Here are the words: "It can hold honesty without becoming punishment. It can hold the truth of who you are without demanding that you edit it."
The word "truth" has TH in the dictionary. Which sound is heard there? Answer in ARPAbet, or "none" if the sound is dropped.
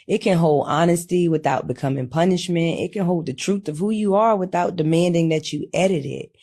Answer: TH